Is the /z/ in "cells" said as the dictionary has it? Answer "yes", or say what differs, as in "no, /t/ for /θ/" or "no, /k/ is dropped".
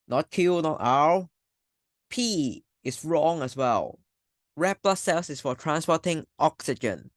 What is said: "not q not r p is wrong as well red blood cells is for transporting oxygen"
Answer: no, /s/ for /z/